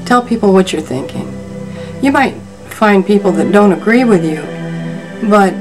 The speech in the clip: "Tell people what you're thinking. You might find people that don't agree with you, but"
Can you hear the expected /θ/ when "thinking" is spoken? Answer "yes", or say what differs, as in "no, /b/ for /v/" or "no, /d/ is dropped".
yes